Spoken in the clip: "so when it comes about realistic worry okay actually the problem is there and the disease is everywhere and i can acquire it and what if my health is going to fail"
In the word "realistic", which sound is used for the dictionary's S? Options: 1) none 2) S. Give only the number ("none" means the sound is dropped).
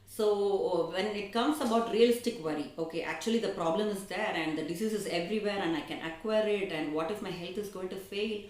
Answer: 2